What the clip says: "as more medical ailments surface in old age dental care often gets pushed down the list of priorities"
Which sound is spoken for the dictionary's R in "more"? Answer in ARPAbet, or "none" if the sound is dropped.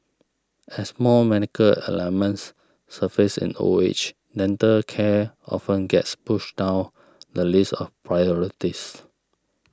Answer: L